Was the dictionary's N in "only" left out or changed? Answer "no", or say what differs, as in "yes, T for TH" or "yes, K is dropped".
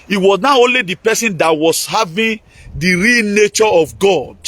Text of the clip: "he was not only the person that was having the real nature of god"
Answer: no